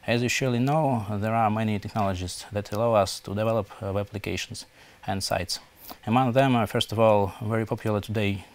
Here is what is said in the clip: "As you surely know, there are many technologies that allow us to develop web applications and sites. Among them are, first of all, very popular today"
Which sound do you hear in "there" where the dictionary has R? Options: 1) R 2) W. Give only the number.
1